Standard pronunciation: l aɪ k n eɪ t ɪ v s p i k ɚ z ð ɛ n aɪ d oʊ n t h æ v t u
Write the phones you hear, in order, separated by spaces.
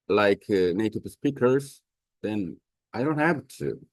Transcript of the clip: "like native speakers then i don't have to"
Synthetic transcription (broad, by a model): l aɪ k n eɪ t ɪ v s p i k ɚ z ð ɛ n aɪ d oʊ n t h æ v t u